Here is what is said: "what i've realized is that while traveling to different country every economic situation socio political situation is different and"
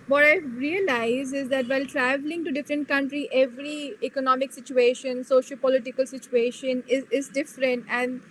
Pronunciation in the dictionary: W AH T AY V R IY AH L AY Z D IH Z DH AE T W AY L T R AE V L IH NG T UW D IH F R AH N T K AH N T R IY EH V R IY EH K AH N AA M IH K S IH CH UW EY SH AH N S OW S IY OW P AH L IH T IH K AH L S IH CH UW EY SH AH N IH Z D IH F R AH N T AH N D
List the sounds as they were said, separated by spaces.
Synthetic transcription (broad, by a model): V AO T AY R IY AH L AY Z IH Z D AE T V AY L T R AE V L IH NG T UW D IH F R AH N T K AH N T R IY EH V R IY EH K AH N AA M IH K S IH CH UW EY SH AH N S OW SH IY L P AH L IH T IH K AH L S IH CH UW EY SH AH N IH Z D IH F R AH N T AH N D